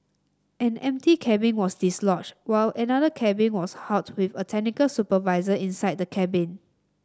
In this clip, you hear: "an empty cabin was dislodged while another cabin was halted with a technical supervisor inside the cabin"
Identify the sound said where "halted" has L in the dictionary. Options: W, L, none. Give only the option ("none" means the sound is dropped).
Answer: none